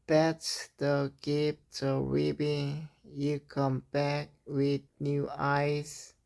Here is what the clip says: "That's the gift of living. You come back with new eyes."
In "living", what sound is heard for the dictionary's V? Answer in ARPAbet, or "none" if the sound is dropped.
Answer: B